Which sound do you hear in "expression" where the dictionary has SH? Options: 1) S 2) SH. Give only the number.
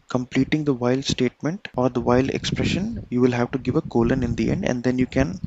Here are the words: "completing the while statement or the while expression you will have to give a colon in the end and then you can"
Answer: 2